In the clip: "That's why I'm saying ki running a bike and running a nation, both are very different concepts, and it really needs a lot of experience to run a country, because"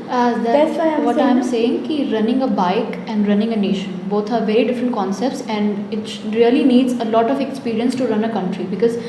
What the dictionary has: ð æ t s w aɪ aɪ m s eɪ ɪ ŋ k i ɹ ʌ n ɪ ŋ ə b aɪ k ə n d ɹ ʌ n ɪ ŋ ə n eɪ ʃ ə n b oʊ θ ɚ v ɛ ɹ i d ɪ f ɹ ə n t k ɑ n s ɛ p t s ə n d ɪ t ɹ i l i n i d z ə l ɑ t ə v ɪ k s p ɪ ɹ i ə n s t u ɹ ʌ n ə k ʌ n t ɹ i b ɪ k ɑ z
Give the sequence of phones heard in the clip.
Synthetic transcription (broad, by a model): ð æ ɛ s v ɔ aɪ m s eɪ ɪ ŋ k i ɹ ʌ n ɪ ŋ ə b aɪ k ə n d ɹ ʌ n ɪ ŋ ə n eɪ ʃ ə n b oʊ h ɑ v ɛ ɹ i d ɪ f ɹ ə n t k ɑ n s ɛ p t s ə n d ɪ t ɹ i l i n i d z ə l ɑ t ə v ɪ k s p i ɹ i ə n s t u ɹ ʌ n ə k ʌ n t ɹ i b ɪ k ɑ z